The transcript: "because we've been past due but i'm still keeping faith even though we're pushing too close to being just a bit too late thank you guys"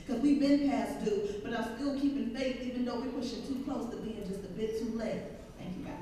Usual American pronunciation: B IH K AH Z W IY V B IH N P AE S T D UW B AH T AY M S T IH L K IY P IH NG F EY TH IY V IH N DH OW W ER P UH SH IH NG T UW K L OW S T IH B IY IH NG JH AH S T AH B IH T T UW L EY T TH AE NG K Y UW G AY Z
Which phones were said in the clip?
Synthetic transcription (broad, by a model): K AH Z W IY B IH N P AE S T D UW B AH T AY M S T IH L K IY P IH NG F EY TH IY V IH N DH OW W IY P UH SH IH T UW K L OW S T IH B IY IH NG JH AH S T AH B IH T T UW L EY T TH AE NG K Y UW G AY